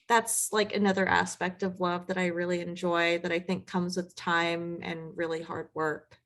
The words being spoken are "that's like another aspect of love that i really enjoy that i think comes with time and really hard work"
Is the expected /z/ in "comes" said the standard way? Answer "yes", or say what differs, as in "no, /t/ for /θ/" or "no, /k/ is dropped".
yes